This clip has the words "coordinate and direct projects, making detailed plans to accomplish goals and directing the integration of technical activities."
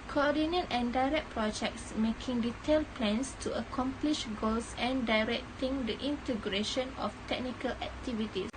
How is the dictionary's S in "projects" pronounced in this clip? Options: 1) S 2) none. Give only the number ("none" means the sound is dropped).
1